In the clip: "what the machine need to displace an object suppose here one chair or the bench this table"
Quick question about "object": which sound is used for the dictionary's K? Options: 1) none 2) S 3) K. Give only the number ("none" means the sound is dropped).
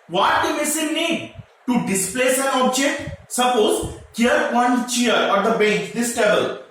3